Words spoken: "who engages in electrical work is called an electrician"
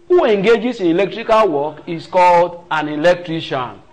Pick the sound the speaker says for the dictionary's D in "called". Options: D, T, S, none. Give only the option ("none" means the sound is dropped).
D